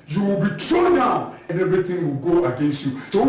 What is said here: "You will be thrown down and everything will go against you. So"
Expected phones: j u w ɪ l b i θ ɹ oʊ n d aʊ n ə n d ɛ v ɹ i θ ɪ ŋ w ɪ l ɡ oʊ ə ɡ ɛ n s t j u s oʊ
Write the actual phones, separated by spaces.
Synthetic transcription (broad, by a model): j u w ɪ l b i t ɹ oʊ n d aʊ n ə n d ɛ v ɹ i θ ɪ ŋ w ɪ l ɡ oʊ ə ɡ ɛ n s t j u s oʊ